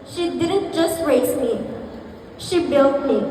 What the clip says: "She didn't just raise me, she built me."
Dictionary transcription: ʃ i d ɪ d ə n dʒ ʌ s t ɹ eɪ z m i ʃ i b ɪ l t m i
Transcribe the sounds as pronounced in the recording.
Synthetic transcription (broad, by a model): ʃ i d ɪ d ə n dʒ ʌ s t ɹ eɪ s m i ʃ i b ɪ l t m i